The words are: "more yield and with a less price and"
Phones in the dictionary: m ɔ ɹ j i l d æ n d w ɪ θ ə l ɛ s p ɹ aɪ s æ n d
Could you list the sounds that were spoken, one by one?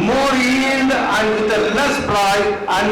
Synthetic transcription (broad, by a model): m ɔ ɹ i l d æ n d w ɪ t ə l ɛ s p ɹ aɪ æ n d